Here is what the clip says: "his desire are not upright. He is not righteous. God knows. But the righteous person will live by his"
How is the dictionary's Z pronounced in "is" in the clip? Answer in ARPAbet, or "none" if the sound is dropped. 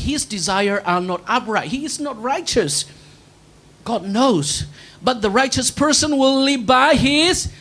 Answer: Z